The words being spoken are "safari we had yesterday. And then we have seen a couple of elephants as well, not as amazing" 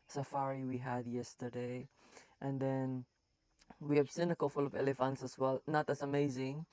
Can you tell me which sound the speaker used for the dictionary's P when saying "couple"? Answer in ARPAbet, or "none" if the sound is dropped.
F